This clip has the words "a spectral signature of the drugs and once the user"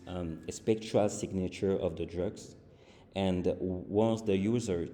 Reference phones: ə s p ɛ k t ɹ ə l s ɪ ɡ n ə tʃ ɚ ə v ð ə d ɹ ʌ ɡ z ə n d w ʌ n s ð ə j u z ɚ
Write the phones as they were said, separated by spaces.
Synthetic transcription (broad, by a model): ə s p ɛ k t ə l s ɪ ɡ n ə tʃ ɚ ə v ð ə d ɹ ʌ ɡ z ə n d w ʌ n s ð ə j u z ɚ